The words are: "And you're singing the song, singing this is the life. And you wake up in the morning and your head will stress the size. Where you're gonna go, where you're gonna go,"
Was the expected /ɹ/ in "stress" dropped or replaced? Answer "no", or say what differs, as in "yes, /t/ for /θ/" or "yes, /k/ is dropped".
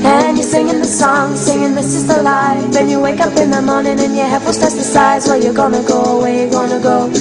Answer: yes, /ɹ/ is dropped